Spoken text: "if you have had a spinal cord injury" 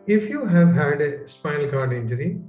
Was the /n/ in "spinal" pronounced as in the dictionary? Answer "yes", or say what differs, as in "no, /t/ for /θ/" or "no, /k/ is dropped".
no, /n/ is dropped